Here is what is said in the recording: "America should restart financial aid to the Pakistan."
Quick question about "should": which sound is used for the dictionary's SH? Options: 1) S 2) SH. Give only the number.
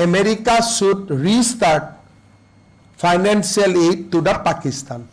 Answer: 1